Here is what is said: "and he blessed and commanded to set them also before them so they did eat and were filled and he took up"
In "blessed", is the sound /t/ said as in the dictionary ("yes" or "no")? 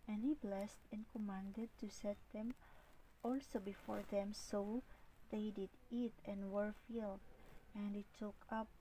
yes